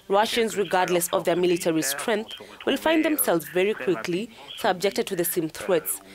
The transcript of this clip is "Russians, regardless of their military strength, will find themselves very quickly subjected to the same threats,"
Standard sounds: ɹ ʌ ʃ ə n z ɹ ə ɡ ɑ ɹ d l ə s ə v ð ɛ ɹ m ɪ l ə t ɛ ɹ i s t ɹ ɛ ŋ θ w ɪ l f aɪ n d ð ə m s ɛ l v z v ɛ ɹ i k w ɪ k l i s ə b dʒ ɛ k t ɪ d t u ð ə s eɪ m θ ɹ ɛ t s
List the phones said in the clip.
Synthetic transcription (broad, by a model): ɹ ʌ ʃ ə n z ɹ ə ɡ ɑ ɹ d l ə s ə v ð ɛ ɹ m ɪ l ə t ɛ ɹ i s t ɹ ɛ ŋ θ w ɪ l f aɪ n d ð ə m s ɛ l v z v ɛ ɹ i k w ɪ k l i s ə b dʒ ɛ k t ɪ d t u ð ə s eɪ m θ ɹ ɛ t s